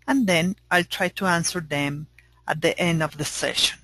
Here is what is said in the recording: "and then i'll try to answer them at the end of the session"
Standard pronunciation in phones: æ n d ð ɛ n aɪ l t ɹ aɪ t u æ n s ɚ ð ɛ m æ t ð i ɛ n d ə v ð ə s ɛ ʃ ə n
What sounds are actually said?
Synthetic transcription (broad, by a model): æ n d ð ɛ n aɪ l t ɹ aɪ t u æ n s ɚ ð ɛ m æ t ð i ɛ n d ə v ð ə s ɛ ʃ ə n